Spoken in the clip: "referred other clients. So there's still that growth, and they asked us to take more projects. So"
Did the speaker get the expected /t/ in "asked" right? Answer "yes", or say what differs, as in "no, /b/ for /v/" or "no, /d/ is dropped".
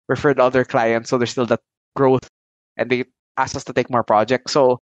no, /t/ is dropped